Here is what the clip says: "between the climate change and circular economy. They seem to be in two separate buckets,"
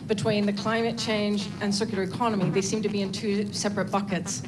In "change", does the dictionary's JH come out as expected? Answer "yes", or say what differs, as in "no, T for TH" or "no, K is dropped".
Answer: yes